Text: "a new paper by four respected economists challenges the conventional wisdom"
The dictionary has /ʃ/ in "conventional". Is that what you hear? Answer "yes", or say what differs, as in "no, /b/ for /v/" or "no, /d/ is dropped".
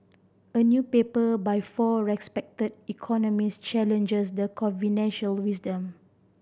no, /ʃ/ is dropped